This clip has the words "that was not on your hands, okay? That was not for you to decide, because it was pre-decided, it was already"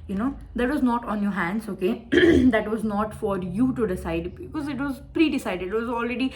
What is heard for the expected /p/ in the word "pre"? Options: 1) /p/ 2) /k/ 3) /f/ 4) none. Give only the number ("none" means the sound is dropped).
1